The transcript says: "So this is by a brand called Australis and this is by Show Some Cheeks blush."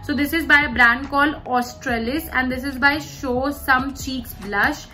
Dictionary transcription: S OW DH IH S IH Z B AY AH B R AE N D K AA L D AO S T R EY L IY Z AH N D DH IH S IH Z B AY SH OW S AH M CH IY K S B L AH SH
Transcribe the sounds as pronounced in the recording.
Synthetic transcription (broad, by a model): S OW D IH S IH Z B AY AH B R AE N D K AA L AO S T R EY L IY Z AH N D IH S IH Z B AY SH OW S AH M CH IY K S B L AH SH